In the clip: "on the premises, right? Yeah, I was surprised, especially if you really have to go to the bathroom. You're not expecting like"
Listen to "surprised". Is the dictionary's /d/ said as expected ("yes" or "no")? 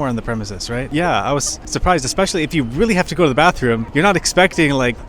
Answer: yes